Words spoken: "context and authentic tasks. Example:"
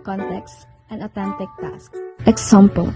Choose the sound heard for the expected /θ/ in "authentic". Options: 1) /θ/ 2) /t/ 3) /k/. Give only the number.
2